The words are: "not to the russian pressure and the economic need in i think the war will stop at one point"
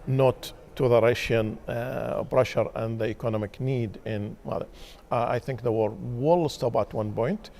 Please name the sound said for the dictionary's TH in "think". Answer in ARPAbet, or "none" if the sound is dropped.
TH